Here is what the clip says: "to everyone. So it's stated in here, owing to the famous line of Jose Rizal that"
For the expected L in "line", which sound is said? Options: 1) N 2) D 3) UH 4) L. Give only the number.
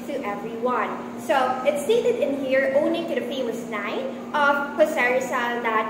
1